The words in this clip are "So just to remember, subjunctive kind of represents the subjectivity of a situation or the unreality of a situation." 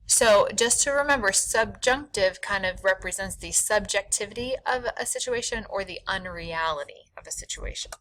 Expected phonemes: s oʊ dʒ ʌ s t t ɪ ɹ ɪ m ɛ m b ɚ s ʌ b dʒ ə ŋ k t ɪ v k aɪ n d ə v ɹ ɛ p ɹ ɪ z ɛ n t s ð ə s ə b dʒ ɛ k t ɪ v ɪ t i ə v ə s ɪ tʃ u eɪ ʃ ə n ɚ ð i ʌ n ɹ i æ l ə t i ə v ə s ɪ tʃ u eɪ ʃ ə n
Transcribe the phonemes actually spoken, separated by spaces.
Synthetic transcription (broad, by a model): s oʊ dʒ ʌ s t t ɪ ɹ ɪ m ɛ m b ɚ s ʌ b dʒ ə ŋ k t ɪ v k aɪ n d ə v ɹ ɛ p ɹ ɪ z ɛ n t s ð ə s ə b dʒ ɛ k t ɪ v ɪ t i ə v ə s ɪ tʃ u eɪ ʃ ə n ɚ ð i ʌ n ɹ i æ l ə t i ə v ə s ɪ tʃ u eɪ ʃ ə n